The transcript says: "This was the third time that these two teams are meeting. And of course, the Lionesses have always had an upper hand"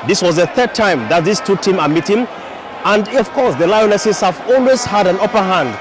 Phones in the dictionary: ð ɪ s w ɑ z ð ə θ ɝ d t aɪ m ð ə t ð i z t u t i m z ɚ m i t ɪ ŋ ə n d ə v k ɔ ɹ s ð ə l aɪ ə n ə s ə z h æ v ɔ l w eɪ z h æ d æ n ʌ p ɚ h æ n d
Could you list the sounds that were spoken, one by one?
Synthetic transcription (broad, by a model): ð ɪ s w ɑ z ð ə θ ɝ d t aɪ m ð ə t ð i s t u t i m ɚ m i t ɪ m ə n d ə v k ɔ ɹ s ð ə l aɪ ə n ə s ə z h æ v ɔ l w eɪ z h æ d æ n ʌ p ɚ h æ n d